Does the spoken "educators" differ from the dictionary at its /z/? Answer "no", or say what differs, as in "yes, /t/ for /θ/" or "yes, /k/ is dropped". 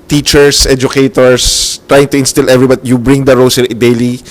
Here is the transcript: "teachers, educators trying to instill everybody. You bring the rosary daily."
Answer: yes, /s/ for /z/